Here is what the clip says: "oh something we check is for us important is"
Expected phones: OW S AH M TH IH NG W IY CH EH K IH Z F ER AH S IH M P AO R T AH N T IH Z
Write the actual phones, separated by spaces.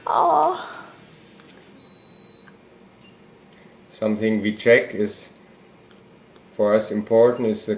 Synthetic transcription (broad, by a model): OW S AH M TH IH NG W IY CH EH K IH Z F ER AH S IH M P AO R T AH N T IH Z